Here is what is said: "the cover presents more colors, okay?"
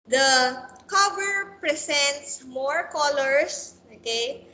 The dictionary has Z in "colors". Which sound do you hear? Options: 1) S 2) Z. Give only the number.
1